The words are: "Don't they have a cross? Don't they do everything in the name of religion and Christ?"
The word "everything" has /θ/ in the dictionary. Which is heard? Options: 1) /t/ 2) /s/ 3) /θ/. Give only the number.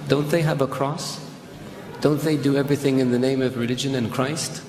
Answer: 3